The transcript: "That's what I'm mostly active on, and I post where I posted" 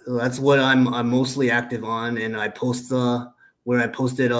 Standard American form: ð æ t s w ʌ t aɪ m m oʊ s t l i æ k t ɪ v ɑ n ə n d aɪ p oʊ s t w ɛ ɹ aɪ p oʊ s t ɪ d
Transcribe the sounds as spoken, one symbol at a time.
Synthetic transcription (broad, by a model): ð æ t s w ʌ t aɪ m m oʊ s t l i æ k t ɪ v n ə n aɪ p oʊ s t w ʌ ɹ aɪ p oʊ s t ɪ d